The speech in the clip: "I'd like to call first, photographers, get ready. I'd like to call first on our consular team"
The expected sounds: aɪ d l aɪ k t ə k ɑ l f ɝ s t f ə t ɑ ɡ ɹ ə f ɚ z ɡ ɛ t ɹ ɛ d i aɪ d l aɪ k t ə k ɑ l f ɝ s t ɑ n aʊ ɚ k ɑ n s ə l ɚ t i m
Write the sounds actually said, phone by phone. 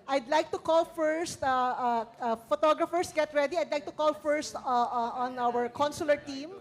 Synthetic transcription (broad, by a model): aɪ d l aɪ k t ə k ɑ l f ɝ s t f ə t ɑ ɡ ɹ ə f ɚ s ɡ ɛ t ɹ ɛ d i aɪ d l aɪ k t ə k ɑ l f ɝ s t ɑ n aʊ ɚ k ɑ n s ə l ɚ t i m